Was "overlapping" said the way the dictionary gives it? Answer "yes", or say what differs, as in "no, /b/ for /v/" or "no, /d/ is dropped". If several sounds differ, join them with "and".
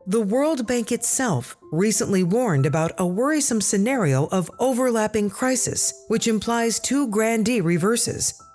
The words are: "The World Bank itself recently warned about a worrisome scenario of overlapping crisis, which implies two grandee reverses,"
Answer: yes